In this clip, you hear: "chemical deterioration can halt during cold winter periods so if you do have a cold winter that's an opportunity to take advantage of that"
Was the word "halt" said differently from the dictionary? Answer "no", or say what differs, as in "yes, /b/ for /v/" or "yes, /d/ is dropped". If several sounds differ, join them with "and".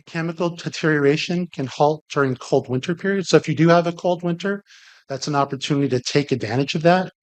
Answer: no